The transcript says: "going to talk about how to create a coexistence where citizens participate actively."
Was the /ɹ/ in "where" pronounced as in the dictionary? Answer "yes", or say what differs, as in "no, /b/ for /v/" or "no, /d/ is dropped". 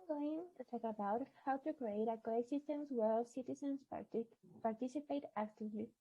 no, /l/ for /ɹ/